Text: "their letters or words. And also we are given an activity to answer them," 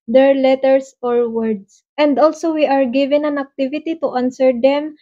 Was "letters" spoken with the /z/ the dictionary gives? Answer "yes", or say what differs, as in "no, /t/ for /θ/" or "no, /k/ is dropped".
no, /s/ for /z/